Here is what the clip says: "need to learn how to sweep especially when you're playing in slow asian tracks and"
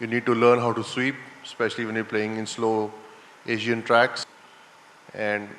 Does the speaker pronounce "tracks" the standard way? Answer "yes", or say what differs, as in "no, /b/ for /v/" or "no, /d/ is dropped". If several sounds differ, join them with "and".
yes